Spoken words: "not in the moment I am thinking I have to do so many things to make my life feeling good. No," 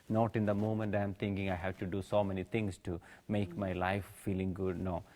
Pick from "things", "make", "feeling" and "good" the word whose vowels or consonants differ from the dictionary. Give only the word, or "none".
things